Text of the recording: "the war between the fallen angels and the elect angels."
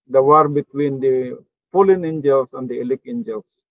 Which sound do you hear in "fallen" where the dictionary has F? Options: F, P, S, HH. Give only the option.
P